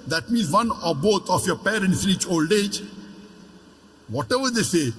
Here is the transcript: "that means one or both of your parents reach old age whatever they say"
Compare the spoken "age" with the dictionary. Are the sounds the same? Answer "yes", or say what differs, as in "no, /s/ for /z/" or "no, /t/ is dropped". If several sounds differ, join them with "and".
yes